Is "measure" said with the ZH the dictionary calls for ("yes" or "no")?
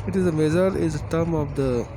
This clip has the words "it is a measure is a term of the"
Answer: no